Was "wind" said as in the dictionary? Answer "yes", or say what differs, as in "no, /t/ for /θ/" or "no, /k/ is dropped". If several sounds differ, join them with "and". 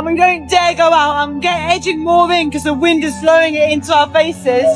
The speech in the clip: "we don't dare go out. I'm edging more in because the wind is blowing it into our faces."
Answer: yes